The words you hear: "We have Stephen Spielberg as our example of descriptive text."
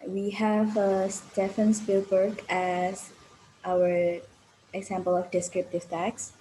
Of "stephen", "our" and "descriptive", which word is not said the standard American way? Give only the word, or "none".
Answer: stephen